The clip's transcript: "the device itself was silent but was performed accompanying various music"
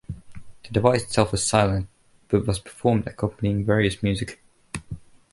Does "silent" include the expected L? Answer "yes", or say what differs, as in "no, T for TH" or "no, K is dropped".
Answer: yes